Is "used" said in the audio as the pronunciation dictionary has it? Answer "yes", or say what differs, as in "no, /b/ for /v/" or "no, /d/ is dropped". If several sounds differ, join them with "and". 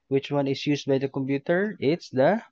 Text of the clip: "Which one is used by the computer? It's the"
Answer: no, /s/ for /z/